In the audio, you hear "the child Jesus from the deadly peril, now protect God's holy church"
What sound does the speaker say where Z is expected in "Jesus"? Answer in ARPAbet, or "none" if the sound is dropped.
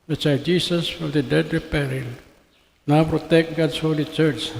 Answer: S